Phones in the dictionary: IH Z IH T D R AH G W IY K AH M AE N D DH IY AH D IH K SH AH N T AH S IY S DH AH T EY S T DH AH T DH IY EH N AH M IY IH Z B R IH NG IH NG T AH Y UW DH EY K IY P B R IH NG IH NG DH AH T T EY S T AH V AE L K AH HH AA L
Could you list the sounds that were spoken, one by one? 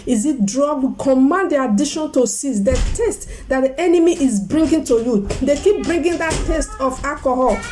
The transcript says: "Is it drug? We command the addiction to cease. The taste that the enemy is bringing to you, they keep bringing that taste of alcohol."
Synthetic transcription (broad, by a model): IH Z IH T D R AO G W IY K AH M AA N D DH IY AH D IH SH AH N T AH S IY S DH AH T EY S T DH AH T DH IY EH N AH M IY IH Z B R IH NG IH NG T AH Y UW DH EY K IY P B R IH NG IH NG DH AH T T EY S T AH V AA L K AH HH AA L